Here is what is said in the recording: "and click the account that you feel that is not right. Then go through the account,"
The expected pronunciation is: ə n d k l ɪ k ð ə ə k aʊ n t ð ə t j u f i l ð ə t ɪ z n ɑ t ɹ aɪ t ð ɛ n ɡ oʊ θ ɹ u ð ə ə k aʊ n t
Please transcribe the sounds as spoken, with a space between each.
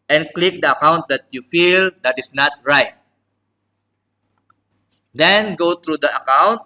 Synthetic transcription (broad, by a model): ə n k l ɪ k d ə ə k aʊ n t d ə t j u f i l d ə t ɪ s n ɑ t ɹ aɪ t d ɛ n ɡ oʊ t ɹ u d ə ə k aʊ n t